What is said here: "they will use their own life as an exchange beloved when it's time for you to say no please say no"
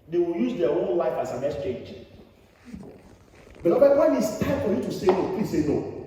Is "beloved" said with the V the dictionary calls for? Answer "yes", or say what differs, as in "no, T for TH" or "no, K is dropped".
no, B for V